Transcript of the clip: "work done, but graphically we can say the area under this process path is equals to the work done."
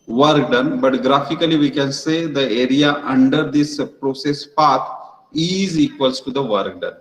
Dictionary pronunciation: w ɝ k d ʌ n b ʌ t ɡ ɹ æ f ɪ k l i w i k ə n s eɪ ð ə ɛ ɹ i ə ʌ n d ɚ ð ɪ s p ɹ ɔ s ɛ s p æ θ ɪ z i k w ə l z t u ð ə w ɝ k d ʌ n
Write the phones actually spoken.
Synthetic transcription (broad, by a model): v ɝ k d ʌ n b ʌ t ɡ ɹ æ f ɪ k l i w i k ə n s eɪ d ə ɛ ɹ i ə ʌ n d ɚ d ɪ s p ɹ ɔ s ɛ s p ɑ t ɪ z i k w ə l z t u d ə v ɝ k d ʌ n